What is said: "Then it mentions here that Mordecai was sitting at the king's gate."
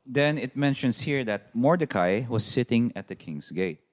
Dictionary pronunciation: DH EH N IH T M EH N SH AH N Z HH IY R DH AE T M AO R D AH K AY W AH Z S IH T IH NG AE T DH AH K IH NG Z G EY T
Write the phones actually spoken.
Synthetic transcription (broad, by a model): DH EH N IH T M EH N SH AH N S HH IY R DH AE T M AO R D AH K AY W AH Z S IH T IH NG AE T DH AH K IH NG S G EY T